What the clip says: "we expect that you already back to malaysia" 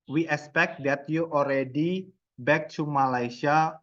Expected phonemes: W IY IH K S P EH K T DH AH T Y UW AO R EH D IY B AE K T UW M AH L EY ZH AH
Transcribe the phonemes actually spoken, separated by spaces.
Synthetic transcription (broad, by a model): W IY IH K S P EH K T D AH T Y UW AO R EH D IY B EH K T UW M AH L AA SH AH